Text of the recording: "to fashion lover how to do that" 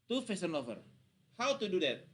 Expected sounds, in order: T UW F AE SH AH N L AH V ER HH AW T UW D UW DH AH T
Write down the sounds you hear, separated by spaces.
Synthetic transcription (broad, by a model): T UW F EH S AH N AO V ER HH AW T UW D UW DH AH T